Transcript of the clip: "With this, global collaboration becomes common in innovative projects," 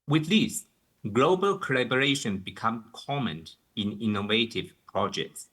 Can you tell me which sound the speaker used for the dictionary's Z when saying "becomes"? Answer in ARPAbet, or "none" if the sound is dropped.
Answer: none